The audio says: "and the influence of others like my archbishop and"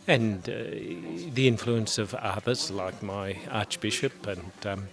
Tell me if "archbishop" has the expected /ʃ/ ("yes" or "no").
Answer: yes